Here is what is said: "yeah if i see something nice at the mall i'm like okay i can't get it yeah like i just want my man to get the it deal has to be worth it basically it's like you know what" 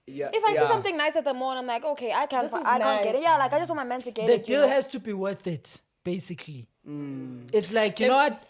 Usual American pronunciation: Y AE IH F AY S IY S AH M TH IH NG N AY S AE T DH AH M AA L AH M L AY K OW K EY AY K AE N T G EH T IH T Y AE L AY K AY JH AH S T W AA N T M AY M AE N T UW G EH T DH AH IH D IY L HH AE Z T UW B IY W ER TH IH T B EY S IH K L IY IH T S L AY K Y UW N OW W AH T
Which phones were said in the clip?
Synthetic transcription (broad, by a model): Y IH F AY S IY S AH M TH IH NG N AY S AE T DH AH M AA N AH M L AY K OW K EY AY K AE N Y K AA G IH T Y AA L AY K AY JH AH S T W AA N M AY M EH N T UW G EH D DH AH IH D IY L HH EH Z T UW B IY W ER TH IH T B EY S IH K L IY IH T S L AY K Y UW N OW W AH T